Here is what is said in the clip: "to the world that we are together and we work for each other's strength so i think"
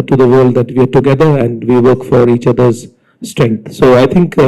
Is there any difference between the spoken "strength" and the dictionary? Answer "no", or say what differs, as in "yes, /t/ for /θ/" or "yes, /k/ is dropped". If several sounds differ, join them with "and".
yes, /t/ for /θ/